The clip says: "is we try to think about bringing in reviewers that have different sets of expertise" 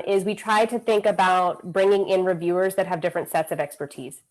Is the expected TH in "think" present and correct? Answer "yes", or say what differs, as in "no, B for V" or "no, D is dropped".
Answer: yes